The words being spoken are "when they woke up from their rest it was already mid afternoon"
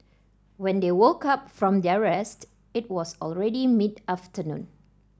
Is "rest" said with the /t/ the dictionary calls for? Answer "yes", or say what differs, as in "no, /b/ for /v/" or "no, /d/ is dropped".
yes